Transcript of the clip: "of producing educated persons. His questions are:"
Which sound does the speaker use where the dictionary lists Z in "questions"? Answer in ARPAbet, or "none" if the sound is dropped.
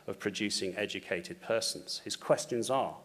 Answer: Z